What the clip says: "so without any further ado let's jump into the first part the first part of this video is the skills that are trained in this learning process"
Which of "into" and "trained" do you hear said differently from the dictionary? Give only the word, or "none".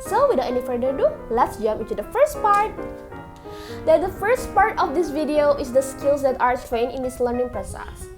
trained